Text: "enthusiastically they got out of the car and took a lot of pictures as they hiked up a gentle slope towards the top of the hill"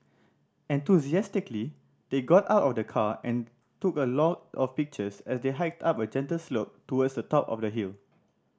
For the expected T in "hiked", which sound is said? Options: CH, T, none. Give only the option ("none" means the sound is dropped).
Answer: T